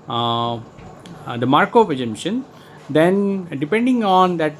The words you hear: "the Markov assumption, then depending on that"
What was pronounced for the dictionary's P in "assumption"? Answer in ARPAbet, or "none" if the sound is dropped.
none